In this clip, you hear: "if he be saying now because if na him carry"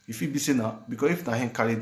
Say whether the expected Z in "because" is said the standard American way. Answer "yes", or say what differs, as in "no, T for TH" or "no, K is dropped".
no, S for Z